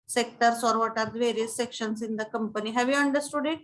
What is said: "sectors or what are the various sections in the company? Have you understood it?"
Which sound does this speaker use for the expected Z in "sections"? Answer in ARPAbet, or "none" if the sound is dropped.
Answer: S